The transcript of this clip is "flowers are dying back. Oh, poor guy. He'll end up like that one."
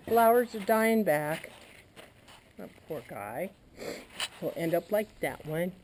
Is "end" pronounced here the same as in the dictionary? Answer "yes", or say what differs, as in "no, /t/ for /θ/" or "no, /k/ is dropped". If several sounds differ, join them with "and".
yes